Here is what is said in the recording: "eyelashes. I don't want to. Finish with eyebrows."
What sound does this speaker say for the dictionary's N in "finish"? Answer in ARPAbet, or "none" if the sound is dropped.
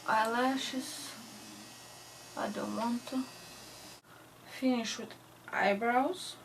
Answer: N